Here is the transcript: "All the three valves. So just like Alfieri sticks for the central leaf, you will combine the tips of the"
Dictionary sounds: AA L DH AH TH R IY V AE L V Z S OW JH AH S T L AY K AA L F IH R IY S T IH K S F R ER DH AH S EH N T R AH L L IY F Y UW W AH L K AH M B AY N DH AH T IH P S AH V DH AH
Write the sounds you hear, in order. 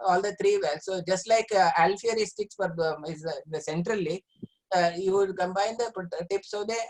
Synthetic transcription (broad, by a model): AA L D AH T R IY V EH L S OW JH AH S T L AY K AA L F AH R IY S T IH K S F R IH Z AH S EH N T R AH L L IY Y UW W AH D K AH M B AY N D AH T IH P S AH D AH